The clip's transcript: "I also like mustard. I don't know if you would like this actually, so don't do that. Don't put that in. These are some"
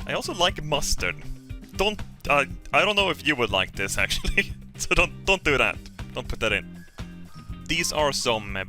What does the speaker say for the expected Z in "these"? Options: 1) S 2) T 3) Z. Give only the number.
3